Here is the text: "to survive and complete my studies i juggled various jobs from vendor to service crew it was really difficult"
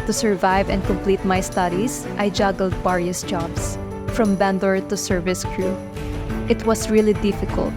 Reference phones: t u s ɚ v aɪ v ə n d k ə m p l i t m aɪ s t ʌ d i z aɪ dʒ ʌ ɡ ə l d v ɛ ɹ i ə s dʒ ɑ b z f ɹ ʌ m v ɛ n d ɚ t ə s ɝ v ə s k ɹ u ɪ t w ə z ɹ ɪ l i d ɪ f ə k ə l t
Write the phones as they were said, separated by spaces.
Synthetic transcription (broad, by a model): t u s ɚ v aɪ v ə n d k ə m p l i t m aɪ s t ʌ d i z aɪ dʒ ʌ ɡ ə l d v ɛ ɹ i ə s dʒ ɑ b s f ɹ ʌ m b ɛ n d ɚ t ə s ɝ v ə s k ɹ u ɪ t w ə s ɹ ɪ l i d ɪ f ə k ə l t